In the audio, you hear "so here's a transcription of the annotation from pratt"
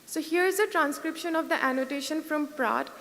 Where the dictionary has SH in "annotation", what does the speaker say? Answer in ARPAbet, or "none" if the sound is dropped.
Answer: SH